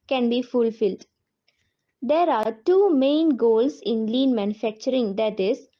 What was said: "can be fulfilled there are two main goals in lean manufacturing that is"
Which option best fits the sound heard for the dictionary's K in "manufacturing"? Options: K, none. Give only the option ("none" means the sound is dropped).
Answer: K